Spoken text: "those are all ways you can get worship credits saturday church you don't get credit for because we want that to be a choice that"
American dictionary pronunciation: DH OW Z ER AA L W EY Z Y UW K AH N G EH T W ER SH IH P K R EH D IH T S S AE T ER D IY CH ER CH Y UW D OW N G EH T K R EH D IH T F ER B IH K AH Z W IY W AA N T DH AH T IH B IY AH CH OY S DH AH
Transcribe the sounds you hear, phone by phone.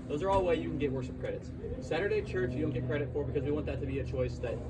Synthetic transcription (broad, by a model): DH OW Z ER AA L W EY Y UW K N G EH T W ER SH IH P K R EH D IH T S S AE T ER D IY CH ER CH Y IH D OW N G EH T K R EH D IH T F ER B IH K AH Z W IY W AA N DH AH T IH B IY AH CH OY S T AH